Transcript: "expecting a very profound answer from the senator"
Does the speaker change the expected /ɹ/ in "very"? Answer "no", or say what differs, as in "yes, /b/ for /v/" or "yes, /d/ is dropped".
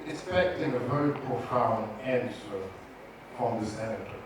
yes, /ɹ/ is dropped